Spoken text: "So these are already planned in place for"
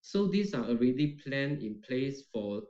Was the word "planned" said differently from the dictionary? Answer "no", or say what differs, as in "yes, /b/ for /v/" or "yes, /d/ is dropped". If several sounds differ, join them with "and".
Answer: yes, /d/ is dropped